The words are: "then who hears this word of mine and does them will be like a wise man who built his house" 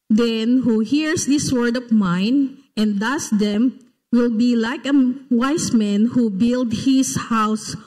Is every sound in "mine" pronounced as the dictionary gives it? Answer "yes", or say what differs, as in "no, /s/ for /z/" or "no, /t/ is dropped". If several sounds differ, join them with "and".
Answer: yes